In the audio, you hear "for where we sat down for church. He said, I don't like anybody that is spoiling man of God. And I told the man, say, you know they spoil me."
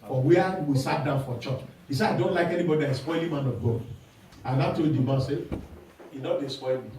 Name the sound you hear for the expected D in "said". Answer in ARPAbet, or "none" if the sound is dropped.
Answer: none